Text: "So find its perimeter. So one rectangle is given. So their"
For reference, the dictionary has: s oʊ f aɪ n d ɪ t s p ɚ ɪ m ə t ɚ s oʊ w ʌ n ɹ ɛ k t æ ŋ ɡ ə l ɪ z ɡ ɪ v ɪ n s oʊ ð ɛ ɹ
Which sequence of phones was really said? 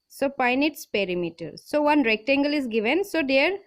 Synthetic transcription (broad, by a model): s oʊ p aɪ n ɪ t s p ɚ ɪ m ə t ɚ s oʊ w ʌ n ɹ ɛ k t æ ŋ ɡ ə l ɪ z ɡ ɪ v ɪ n s oʊ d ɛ ɹ